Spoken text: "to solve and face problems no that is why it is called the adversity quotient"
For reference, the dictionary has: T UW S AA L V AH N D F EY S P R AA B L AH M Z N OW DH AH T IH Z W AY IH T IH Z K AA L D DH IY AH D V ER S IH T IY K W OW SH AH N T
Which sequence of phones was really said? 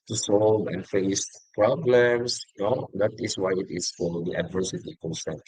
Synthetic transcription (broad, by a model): T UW S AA L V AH N F EY S P R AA B L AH M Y N OW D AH T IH S W AY IH T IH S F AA D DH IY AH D V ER S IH T IY K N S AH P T